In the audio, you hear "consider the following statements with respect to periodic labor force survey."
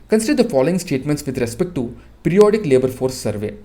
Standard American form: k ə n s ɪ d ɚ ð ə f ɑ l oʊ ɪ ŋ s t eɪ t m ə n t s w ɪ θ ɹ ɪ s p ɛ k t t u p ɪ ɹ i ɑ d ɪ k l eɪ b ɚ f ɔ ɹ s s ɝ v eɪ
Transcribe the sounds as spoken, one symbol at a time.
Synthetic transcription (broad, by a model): k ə n s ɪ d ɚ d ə f ɑ l oʊ ɪ ŋ s t eɪ t m ə n t s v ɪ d ɹ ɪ s p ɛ k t t u p ɪ ɹ i ɑ d ɪ k l eɪ b ɚ f ɔ ɹ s s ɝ v eɪ